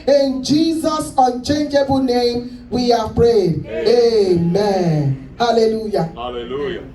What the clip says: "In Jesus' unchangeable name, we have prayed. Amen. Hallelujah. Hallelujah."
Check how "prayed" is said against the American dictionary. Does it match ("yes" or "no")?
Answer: yes